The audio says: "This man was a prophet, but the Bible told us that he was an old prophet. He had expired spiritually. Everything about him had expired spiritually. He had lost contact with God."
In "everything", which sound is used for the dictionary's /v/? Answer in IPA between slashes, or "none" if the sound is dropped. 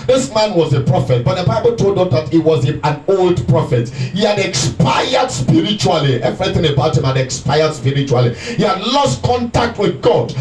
/v/